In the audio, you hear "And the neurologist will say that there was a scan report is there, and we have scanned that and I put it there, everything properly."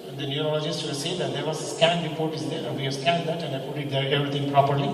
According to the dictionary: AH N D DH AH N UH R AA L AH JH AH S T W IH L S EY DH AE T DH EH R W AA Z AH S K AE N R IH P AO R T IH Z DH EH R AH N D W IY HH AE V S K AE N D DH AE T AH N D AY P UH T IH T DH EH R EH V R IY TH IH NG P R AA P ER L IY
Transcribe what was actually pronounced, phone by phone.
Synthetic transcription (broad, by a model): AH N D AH N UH R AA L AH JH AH S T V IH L S EY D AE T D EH R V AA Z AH S K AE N R IH P AO R T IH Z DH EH R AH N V IY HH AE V S K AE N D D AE T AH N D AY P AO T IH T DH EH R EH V R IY T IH NG P R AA P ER L IY